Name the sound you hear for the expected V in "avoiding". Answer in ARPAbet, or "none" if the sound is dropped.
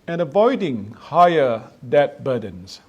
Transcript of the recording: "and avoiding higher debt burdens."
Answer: V